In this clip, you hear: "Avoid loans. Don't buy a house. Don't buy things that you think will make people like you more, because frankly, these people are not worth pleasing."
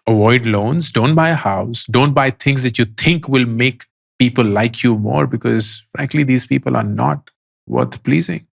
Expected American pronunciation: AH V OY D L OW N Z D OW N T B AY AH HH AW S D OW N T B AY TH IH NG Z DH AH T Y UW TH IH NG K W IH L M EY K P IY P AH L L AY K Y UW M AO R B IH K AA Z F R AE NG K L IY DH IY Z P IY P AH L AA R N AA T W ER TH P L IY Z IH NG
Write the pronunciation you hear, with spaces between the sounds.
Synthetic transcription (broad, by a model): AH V OY D L OW N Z D OW N T B AY AH HH AW S D OW N T B AY T IH NG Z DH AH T Y UW T IH NG K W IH L M EY K P IY P AH L L AY K Y UW M AO R B IH K AA Z F R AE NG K L IY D IY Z P IY P AH L AA R N AA T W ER T P L IY Z IH NG